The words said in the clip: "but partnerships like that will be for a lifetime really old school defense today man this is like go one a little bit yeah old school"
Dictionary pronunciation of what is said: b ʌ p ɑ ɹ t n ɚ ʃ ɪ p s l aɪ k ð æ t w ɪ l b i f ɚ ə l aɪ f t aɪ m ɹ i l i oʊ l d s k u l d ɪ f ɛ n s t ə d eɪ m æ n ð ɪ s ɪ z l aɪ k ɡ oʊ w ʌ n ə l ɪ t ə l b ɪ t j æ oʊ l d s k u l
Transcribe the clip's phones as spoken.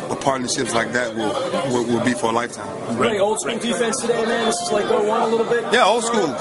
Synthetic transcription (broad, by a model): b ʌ p ɑ ɹ t n ɚ ʃ ɪ p s l aɪ k ð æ t w ɪ l b i f ɚ ə l aɪ f t aɪ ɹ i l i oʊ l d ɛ n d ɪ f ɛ n s t ə d eɪ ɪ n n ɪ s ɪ s l aɪ k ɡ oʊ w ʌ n ə l ɪ t l b ɪ t j æ oʊ l s k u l